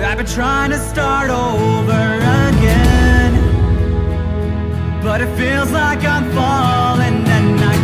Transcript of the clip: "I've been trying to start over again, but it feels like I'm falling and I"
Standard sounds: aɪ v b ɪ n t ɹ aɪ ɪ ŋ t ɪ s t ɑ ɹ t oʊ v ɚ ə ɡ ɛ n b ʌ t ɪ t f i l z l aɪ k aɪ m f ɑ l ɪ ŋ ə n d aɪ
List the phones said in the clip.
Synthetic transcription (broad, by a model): aɪ b ɪ n t ɹ aɪ ɪ ŋ t ɪ s t ɑ ɹ t oʊ v ɚ ə ɡ ɛ n b ʌ t ɪ t f i l z l aɪ k aɪ m f ɑ l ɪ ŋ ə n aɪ